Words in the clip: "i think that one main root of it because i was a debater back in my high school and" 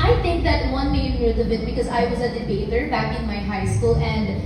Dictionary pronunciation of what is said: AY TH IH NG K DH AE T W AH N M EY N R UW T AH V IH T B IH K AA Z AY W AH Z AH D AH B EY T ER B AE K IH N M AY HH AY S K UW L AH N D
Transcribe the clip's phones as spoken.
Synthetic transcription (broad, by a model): AY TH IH NG K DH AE T W AH N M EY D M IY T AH B IH T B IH K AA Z AY W AH Z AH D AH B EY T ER B AE K IH N M AY HH AY S K UW L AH N D